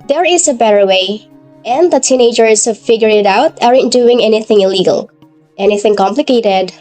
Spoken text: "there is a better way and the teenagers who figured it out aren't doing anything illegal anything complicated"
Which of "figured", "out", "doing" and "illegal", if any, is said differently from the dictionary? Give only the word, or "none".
figured